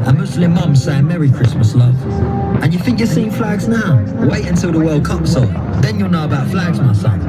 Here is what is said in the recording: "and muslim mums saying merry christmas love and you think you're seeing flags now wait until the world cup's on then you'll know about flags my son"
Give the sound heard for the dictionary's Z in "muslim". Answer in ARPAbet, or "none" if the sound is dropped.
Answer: S